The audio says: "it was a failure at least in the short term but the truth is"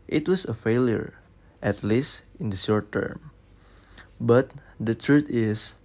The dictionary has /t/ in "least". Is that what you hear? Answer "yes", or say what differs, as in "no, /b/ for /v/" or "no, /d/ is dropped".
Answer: yes